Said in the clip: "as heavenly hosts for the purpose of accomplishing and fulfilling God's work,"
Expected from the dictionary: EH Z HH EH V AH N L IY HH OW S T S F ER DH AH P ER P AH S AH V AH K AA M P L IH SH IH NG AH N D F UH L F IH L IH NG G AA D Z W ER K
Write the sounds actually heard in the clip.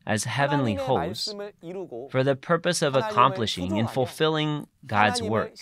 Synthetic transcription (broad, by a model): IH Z HH EH V AH N L IY HH OW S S F ER DH AH P ER P AH S AH V AH K AA M P L IH SH IH NG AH N F UH L F IH L IH NG G AA D Z W ER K